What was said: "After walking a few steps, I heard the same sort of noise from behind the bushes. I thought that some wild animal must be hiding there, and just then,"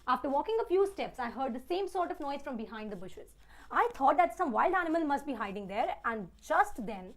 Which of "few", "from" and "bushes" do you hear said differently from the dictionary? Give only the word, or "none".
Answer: none